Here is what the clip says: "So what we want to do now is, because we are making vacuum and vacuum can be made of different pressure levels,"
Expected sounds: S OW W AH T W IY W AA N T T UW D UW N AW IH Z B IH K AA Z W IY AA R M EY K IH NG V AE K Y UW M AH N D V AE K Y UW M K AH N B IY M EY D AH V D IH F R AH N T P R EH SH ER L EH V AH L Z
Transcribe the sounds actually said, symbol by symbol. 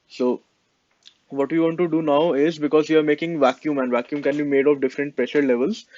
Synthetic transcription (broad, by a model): S OW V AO T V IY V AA N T T UW D UW N AW IH Z B IH K AA Z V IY AA R M EY K IH NG V AE K Y UW M AH N D V AE K Y UW M K AH N B IY M EY D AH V D IH F R AH N T P R EH SH ER L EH V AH L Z